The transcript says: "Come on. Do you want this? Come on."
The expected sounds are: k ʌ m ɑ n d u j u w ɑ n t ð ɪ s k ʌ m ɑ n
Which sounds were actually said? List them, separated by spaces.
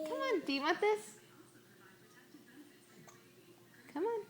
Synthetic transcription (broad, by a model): k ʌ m ɑ n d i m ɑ t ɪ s k ʌ m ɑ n